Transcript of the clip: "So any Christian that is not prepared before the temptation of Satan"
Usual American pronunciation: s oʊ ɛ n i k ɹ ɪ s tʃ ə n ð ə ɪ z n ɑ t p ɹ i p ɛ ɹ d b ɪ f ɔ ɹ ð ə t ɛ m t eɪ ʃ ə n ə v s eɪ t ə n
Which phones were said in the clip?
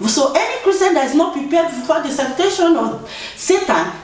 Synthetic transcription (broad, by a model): s oʊ ɛ n i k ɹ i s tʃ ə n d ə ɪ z n ɑ t p ɹ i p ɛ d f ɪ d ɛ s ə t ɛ t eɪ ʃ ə n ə s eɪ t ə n